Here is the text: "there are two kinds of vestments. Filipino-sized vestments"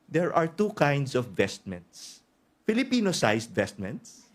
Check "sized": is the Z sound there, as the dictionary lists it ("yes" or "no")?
no